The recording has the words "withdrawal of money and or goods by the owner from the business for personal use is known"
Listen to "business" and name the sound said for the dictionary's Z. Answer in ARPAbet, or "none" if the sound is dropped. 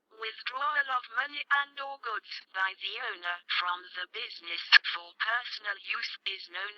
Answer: Z